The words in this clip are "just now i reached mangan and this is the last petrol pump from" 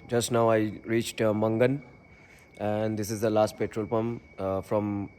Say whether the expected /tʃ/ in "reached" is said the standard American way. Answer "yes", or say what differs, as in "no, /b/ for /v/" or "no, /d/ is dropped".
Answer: yes